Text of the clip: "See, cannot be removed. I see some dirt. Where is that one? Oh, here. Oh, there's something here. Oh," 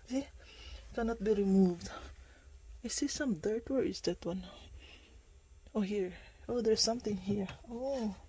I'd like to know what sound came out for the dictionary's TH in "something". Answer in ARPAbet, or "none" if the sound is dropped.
T